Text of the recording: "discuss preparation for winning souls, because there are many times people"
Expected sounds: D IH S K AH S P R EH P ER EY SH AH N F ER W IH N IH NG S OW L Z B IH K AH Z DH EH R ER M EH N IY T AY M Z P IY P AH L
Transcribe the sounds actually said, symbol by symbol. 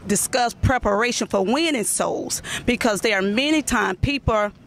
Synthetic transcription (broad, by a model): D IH S K AH S P R EH P ER EY SH AH N F ER W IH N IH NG S OW L Z B IH K AH Z DH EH R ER M EH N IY T AY M P IY P L